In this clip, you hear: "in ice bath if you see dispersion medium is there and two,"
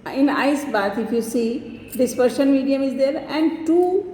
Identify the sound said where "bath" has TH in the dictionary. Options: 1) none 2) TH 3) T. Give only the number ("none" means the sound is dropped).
3